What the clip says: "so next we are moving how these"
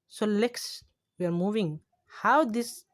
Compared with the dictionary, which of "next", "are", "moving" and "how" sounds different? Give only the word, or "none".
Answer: next